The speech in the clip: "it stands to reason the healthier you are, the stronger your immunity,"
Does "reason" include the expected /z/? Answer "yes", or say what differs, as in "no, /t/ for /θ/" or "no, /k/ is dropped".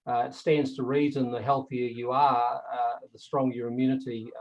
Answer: yes